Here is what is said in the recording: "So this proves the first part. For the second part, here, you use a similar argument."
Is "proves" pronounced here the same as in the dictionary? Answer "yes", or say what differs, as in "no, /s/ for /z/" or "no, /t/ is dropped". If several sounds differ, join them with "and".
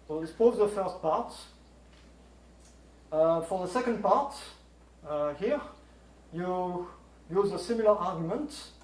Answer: no, /ɹ/ is dropped and /v/ is dropped